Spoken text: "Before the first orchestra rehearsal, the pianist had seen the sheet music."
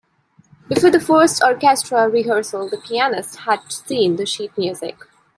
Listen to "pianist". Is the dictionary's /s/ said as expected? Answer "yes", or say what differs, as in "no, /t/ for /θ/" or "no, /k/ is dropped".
yes